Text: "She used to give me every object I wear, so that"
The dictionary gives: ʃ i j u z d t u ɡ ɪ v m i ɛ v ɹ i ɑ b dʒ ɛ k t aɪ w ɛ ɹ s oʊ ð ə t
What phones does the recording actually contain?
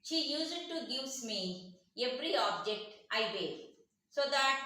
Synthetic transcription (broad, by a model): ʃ i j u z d t u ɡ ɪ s m i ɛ p ɹ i ɑ b dʒ ɛ k t aɪ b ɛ s oʊ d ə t